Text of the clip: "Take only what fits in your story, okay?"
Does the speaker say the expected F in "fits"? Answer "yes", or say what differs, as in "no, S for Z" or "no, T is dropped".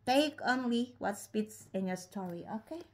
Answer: no, P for F